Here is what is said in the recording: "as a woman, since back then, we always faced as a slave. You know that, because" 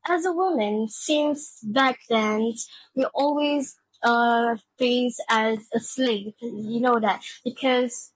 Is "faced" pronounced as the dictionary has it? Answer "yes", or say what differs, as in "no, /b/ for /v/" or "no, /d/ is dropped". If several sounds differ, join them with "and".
no, /t/ is dropped